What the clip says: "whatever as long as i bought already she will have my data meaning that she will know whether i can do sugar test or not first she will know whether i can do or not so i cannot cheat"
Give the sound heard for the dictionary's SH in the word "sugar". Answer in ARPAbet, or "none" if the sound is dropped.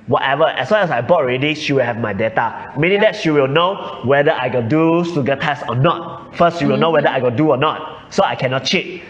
S